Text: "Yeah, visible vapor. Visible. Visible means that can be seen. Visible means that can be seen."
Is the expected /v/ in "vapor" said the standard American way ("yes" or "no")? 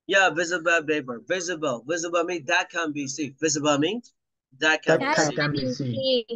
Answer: no